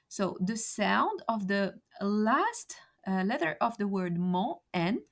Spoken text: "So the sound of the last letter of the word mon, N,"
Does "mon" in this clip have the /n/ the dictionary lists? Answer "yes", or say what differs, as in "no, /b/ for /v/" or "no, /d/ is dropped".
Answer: no, /n/ is dropped